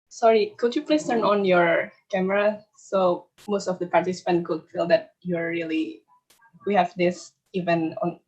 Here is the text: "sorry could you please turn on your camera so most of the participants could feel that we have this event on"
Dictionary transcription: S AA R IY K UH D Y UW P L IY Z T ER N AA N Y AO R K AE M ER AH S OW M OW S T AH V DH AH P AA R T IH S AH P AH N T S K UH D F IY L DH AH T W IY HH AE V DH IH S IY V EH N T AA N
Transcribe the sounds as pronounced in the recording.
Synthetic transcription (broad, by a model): S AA R IY K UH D Y UW P L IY S T ER N AA N Y AO R K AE M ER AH S OW M OW S T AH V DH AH P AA R T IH S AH P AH N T K UH D F IY L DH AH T W IY HH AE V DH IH S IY V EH N AA N